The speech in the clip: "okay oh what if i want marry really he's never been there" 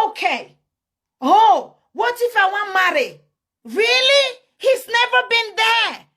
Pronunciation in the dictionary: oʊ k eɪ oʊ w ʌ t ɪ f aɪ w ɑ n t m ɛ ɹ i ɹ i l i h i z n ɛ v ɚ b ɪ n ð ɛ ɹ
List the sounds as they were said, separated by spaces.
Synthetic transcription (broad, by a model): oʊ k eɪ oʊ w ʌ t ɪ f aɪ w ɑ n m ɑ ɹ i ɹ i l i h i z n ɛ v ɚ b ɪ n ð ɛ